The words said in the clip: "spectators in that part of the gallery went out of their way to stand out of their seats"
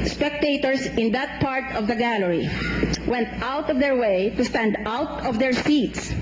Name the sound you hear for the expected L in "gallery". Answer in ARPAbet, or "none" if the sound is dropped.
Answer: L